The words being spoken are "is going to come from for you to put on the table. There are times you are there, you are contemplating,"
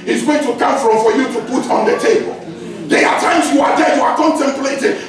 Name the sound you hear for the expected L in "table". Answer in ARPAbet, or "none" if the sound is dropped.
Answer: L